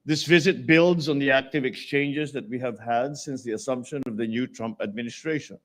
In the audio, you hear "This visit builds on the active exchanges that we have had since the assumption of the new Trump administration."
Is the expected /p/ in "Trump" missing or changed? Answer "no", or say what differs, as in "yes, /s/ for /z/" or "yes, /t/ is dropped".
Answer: no